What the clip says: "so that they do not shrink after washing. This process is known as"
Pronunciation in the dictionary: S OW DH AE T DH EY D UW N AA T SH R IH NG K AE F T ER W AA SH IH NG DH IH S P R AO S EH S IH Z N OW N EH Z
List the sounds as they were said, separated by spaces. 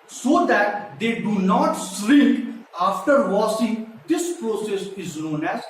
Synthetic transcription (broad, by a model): S OW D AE T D EY D UW N AA T S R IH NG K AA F T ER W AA S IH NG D IH S P R AO S EH S IH Z N OW N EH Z